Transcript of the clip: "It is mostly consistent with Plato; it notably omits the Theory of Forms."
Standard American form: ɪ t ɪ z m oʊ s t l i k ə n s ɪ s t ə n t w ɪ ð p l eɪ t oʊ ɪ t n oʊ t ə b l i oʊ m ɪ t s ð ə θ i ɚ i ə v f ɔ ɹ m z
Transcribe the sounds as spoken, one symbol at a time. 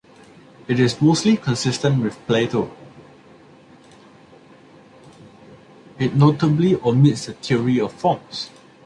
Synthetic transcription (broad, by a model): ɪ t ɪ s m oʊ s t l i k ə n s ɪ s t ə n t w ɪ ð p l eɪ t oʊ ɪ t n oʊ t ə b l i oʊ m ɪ t s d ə t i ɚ i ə f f ɔ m s